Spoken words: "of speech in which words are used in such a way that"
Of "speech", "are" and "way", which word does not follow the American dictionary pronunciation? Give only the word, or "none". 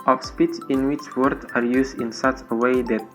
speech